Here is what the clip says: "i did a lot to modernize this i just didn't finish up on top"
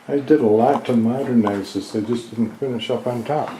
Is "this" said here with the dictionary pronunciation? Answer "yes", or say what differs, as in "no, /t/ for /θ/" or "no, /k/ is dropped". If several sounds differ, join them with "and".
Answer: no, /s/ is dropped